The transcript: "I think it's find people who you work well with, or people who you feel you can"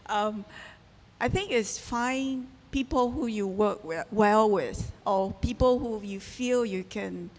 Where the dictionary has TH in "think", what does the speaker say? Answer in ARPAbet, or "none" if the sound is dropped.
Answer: TH